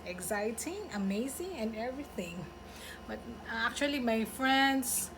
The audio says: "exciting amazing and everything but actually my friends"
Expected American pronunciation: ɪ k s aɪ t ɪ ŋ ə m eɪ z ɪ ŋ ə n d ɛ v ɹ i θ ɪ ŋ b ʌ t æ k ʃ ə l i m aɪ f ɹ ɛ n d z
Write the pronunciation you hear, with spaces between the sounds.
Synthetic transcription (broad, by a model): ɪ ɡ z aɪ t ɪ ŋ ə m eɪ z ɪ ŋ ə n ɛ v ɹ i θ ɪ ŋ b ʌ t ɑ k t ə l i m aɪ f ɹ ɛ n d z